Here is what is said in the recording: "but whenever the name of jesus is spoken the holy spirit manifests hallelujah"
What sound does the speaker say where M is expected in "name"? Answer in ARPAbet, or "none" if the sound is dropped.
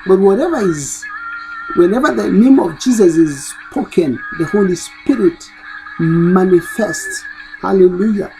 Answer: M